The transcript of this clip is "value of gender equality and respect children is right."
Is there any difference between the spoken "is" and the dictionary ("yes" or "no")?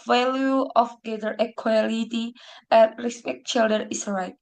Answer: yes